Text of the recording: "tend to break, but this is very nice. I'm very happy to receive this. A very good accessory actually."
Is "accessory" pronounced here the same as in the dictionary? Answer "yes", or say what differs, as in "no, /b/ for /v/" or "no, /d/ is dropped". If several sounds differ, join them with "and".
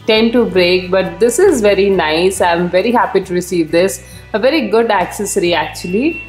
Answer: yes